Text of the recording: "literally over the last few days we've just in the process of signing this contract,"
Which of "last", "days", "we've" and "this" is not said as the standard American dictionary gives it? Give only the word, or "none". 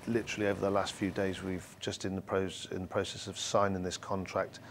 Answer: none